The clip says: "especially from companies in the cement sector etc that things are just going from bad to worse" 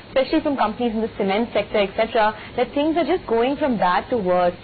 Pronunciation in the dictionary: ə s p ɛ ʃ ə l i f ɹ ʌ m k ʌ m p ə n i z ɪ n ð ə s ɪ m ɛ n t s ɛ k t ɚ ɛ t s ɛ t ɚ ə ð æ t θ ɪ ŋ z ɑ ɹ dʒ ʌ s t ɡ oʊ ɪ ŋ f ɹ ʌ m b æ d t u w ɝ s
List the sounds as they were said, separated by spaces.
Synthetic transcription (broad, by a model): s p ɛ ʃ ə l i f ɹ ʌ m k ʌ m p ə n i z ɪ n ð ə s ɪ m ɛ n t s ɛ k t ɚ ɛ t s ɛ t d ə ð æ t t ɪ ŋ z ɑ ɹ dʒ ʌ s t ɡ oʊ ɪ ŋ f ɹ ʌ m b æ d t u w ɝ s